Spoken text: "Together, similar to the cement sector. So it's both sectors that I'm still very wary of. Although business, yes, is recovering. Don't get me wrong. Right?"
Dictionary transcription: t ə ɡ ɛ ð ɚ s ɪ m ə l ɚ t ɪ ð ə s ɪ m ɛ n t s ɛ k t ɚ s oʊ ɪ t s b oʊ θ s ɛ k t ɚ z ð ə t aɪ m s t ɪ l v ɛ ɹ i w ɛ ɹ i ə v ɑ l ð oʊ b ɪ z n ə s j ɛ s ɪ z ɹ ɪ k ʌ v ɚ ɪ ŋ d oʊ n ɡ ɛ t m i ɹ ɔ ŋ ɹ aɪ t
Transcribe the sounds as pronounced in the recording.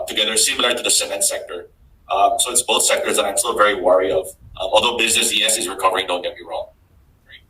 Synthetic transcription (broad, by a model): t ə ɡ ɛ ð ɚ s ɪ m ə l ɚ t ɪ ð ə s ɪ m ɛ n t s ɛ k t ɚ s oʊ ɪ t s b oʊ θ s ɛ k t ɚ z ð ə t aɪ m s t ɪ l v ɛ ɹ i w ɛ ɹ i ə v ɑ l ð oʊ b ɪ z n ə s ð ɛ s ɪ z ɹ ɪ k ʌ v ɚ ɪ ŋ d oʊ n ɡ ɛ t m i ɹ ɔ ŋ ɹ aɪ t